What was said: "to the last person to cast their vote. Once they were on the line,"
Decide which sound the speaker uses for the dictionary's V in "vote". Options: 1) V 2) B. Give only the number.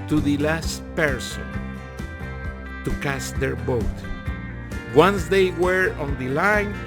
2